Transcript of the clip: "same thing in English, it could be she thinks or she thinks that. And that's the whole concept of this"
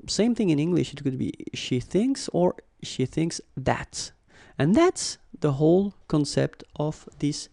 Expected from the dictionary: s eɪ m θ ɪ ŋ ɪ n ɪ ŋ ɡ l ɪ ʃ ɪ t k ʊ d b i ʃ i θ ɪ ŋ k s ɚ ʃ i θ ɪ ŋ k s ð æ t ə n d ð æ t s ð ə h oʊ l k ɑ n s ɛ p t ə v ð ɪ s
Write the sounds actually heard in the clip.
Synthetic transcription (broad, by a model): s eɪ m θ ɪ ŋ ɪ n ɪ ŋ ɡ l ɪ ʃ ɪ t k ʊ d b i ʃ i θ ɪ ŋ k s ɚ ʃ i θ ɪ ŋ k s ð æ t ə n ð æ t s ð ə h oʊ l k ɑ n s ɛ p t ə v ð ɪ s